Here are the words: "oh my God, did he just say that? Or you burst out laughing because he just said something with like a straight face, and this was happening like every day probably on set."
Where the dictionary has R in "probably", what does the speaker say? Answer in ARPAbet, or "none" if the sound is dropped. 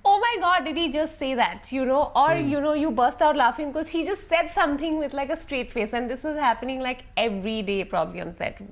R